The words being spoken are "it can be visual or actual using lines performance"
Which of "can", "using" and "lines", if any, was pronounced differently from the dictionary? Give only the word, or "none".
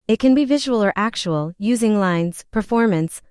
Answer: none